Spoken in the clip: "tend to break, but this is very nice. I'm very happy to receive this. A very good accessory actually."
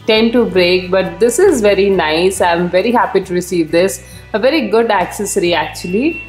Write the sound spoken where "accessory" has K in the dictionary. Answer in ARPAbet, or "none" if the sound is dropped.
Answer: K